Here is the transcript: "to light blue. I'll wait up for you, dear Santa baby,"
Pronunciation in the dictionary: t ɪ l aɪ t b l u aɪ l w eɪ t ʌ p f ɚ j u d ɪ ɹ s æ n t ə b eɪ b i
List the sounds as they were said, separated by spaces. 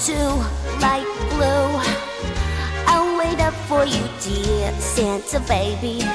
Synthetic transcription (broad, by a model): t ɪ l aɪ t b l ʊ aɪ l w eɪ t ʌ p f ɚ j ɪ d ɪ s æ n s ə b eɪ b i